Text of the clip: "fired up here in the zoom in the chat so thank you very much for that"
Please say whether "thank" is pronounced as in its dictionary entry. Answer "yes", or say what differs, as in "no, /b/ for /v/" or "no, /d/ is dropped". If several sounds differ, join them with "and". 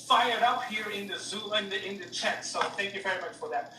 yes